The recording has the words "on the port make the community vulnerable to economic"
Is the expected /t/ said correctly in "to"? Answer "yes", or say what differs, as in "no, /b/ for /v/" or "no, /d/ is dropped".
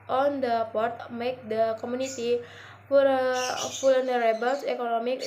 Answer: no, /s/ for /t/